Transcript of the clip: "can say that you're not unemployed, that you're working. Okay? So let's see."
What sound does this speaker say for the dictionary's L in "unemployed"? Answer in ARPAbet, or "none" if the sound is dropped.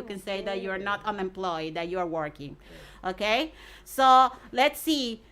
L